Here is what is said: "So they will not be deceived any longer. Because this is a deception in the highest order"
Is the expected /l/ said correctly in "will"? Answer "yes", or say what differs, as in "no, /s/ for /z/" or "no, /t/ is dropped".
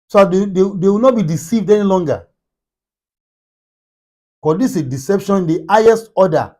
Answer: no, /w/ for /l/